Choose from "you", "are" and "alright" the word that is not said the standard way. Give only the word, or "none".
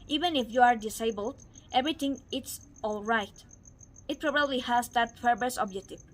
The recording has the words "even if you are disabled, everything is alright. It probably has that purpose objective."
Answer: none